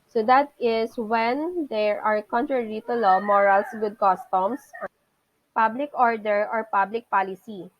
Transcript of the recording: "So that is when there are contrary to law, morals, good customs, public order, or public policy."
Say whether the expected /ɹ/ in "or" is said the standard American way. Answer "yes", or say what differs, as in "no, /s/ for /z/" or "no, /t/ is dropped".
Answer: yes